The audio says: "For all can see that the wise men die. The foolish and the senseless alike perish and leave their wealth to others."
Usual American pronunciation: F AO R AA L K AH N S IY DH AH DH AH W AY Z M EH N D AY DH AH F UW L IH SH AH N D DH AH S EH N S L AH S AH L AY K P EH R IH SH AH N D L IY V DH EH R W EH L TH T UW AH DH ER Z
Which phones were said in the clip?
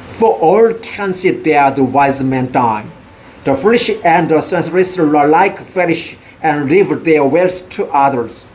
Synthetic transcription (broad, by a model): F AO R AA L K AH N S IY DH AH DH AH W AY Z M EH N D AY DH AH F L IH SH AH N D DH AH S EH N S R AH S AH L AY K F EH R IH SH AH N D L IY V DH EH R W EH L S T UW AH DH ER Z